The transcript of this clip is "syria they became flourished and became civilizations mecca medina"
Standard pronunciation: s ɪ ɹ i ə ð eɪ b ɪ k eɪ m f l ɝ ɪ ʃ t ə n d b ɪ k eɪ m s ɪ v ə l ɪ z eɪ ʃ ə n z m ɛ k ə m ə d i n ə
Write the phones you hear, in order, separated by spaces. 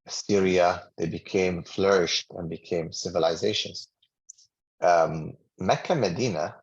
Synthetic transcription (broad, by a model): s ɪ ɹ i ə ð eɪ b ɪ k eɪ m f l ɝ ɪ ʃ t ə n b ɪ k eɪ m s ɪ v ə l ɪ z eɪ ʃ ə n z m ɛ k ə m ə d i n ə